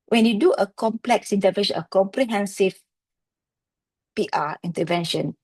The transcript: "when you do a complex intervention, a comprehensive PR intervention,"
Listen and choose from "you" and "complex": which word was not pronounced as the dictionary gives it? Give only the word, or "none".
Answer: none